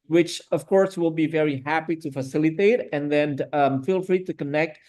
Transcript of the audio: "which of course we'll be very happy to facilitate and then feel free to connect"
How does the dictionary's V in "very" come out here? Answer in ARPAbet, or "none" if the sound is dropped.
V